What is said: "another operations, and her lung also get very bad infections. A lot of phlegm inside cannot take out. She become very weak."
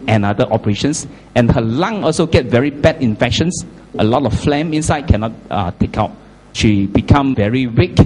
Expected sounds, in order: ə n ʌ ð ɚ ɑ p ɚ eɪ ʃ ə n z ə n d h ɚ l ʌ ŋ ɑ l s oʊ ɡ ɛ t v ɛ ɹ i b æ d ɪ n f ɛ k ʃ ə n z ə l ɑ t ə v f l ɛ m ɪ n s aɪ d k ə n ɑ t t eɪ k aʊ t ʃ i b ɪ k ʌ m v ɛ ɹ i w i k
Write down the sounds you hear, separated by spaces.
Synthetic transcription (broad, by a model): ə n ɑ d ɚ ɑ p ɚ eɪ ʃ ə n s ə n h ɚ l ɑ ŋ ɑ l s oʊ ɡ ɛ t v ɛ ɹ i b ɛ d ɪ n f ɛ k ʃ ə n s ə l ɑ t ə f f l ɛ m ɪ n s aɪ d k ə n ɑ t t eɪ k aʊ t ʃ i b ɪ k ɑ m v ɛ ɹ i w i k